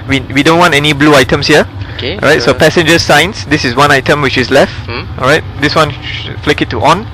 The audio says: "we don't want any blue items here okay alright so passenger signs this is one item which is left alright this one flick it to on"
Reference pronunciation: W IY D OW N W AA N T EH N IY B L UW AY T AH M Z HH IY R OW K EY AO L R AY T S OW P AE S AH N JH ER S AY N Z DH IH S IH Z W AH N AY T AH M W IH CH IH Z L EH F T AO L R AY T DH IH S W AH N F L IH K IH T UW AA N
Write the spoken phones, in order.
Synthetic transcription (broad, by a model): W IY D OW N W AA N T EH N IY B L UW AY T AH M S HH IY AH OW K EY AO R AY T S OW P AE S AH N JH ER S AY N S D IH S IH S W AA N AY T AH M W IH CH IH S L EH F T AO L R AY T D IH S W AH N F L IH K IH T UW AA N